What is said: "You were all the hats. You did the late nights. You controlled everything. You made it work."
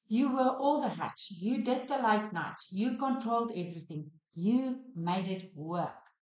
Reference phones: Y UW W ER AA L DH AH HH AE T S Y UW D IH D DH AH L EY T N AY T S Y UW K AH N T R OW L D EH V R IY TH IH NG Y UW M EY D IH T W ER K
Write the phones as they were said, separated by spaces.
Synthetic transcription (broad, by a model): Y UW W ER AA L DH AH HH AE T Y UW D IH D DH AH L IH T N AY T Y UW K AH N T R OW L D EH V R IY TH IH NG Y UW M EY D IH T W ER K